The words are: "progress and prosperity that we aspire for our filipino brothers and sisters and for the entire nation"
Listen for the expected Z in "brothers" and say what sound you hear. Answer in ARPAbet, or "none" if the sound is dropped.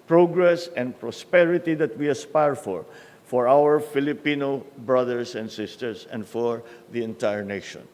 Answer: S